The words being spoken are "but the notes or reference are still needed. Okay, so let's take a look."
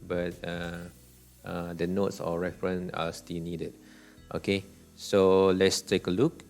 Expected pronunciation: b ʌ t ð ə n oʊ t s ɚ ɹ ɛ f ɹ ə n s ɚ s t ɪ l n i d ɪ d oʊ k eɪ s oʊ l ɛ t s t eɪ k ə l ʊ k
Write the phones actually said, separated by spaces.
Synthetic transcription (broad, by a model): b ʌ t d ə n oʊ t s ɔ ɹ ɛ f ɹ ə n ɑ s t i l n i d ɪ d oʊ k eɪ s oʊ l ɛ t s t eɪ k ə l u k